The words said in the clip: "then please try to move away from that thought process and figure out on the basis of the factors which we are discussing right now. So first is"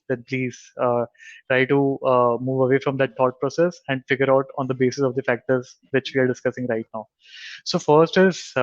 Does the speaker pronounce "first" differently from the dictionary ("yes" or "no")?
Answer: no